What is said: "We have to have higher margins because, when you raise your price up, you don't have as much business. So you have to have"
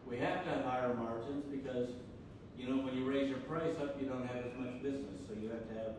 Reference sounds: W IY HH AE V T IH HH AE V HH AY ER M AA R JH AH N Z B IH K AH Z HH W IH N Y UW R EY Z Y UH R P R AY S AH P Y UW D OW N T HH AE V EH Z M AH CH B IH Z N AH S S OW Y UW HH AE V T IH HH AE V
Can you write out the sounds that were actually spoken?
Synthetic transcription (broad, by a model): W IY HH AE F T IH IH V AY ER M AA R JH AH N Z B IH K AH Z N W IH N Y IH R EY Z Y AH R P R AY S AH P Y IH D OW N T HH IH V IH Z M AH CH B IH Z N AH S S OW Y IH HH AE F T IH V